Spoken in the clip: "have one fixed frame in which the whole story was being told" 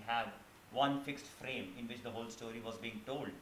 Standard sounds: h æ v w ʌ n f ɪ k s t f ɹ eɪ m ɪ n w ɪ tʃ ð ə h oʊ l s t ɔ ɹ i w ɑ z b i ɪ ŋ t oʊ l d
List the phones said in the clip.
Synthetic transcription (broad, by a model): h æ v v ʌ n f ɪ k s t f ɹ eɪ m ɪ n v ɪ tʃ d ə h oʊ l s t ɔ ɹ i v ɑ z b i ɪ ŋ t oʊ l d